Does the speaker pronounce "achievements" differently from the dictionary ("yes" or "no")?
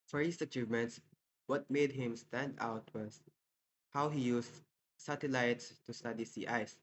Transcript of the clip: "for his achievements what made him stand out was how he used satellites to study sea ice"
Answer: no